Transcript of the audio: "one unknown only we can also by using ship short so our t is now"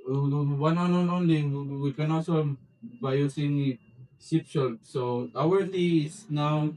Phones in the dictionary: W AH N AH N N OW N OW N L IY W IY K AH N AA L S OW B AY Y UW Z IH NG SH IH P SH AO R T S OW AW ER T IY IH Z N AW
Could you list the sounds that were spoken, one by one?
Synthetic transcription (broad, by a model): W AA N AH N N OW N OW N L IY W IY K AH N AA S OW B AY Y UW S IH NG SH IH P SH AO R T S OW AW ER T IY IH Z N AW